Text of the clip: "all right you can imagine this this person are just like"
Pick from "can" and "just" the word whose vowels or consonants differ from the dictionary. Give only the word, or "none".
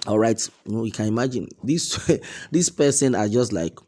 none